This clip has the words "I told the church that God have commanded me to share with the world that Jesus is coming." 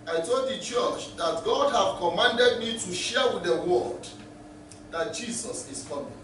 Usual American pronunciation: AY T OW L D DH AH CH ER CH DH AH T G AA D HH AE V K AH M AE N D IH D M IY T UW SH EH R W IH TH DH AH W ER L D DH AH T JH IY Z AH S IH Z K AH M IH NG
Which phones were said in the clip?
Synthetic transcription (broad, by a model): AY T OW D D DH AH CH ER CH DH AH T G AA D HH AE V K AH M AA N D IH D M IY T UW SH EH W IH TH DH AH W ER D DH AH T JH IY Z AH S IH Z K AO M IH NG